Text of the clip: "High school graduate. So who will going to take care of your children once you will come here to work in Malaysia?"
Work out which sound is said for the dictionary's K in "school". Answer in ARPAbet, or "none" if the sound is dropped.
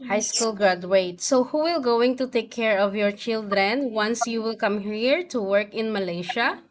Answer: K